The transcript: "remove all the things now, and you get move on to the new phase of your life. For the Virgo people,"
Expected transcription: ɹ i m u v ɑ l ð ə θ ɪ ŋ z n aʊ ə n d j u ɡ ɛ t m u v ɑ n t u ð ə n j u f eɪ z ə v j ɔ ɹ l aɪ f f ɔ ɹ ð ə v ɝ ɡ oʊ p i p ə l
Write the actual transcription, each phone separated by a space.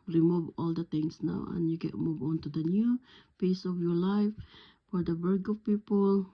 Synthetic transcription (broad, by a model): ɹ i m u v ɑ l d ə t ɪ ŋ s n aʊ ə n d j u ɡ ɛ t m u v ɑ n t u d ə n j u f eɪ s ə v j ɔ ɹ l aɪ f f ɔ ɹ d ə b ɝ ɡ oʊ p i p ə l